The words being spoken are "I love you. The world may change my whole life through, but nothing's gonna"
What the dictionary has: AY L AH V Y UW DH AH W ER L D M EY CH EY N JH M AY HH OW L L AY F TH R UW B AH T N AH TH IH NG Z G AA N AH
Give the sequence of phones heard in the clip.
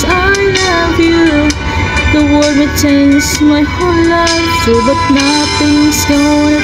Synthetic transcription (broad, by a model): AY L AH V Y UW DH AH W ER D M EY CH EY N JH M AY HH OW N L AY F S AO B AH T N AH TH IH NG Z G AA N